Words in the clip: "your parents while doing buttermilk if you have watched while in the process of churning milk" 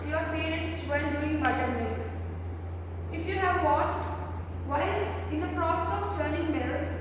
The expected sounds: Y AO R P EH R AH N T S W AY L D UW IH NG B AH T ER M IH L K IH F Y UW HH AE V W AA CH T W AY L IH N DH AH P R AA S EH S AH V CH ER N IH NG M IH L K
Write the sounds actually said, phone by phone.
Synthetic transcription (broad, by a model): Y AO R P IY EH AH T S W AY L D UW IH NG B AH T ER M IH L IH F Y UW HH AE V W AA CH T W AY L IH N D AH P R AA S EH S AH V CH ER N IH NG M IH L